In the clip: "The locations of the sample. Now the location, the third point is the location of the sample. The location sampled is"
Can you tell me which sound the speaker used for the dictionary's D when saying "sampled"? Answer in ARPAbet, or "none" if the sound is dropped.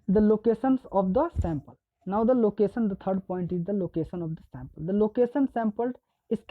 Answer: none